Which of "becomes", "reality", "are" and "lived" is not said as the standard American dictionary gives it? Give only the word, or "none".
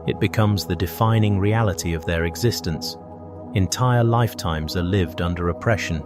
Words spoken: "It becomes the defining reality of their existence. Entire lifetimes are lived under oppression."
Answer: none